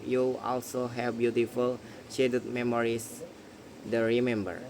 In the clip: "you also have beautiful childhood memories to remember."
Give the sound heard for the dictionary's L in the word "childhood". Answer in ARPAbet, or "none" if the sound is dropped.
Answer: none